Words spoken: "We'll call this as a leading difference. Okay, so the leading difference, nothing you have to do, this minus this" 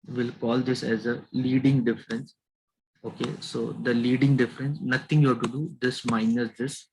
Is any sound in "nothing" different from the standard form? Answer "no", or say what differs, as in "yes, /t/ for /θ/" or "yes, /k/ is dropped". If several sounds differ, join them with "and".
yes, /t/ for /θ/